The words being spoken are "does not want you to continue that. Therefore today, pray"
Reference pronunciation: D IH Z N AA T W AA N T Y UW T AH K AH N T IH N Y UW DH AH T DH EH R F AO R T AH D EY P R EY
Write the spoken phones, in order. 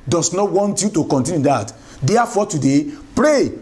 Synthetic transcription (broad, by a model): D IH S N AA T W AA N T Y UW T AH K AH N T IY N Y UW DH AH T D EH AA F AO T AH D EY P R EY